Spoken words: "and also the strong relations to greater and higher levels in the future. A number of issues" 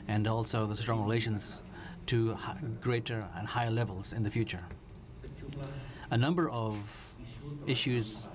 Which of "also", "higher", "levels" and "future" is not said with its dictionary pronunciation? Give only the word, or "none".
none